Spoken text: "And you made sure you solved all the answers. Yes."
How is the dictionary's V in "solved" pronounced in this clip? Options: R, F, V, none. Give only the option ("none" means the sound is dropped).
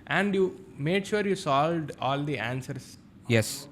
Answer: V